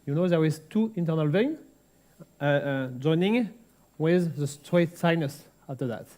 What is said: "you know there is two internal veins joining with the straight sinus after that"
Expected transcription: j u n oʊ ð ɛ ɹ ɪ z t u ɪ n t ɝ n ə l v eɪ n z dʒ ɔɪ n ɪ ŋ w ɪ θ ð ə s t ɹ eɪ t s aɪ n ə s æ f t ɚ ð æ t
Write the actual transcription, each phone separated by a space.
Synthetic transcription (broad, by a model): j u n oʊ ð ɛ w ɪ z t u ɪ n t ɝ n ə l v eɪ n dʒ ɔɪ n ɪ ŋ w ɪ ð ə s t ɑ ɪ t s aɪ n ə s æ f t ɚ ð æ t